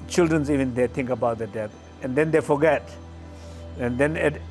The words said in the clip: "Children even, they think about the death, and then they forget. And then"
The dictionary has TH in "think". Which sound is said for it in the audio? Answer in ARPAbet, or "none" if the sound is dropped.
T